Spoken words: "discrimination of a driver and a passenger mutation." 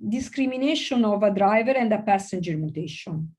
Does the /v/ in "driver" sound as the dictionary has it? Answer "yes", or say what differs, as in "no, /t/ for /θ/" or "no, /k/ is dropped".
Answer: yes